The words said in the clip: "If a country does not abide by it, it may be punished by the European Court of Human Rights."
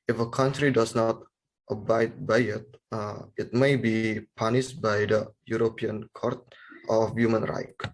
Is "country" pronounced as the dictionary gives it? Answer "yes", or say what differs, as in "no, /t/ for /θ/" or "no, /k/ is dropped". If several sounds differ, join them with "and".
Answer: yes